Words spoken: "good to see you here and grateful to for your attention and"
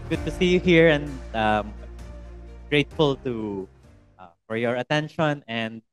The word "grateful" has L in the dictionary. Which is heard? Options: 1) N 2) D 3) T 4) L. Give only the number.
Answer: 4